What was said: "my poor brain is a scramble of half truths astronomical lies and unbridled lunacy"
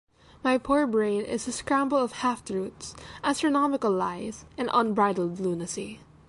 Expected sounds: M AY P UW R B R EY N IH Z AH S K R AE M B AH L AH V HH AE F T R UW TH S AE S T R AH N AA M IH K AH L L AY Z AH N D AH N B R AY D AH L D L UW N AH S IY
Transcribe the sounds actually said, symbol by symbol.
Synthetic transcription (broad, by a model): M AY P UW R B R EY N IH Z AH S K R AE M B AH L AH V HH AE F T R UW T S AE S T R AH N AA M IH K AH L L AY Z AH N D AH N B R AY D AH L D L UW N AH S IY